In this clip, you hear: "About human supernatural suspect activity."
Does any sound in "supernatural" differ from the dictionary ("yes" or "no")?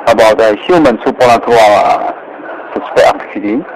yes